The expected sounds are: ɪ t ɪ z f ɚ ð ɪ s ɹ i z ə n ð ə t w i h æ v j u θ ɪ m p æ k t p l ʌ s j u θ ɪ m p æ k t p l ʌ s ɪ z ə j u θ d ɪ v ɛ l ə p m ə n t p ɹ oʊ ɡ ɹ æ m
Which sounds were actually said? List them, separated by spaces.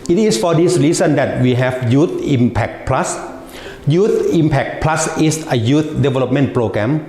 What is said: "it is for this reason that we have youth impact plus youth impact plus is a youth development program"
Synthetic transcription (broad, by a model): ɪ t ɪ s f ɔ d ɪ s ɹ i s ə n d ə t w i h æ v j u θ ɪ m p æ k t p l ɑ s j u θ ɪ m p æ k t p l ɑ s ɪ s ə j u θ d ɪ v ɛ l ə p m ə n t p ɹ oʊ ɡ ɹ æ m